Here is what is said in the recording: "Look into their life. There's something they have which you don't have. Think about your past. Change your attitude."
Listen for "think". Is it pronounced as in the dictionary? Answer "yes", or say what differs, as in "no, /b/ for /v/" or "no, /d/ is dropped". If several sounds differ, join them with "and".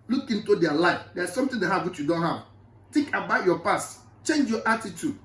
no, /t/ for /θ/